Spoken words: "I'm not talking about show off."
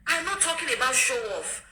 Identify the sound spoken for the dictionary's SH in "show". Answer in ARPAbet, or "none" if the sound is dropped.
SH